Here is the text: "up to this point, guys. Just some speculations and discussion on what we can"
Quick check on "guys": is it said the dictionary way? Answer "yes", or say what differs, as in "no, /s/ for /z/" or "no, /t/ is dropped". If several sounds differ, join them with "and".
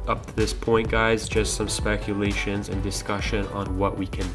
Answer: yes